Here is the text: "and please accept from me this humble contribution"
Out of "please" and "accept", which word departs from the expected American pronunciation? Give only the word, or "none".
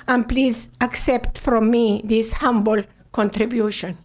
none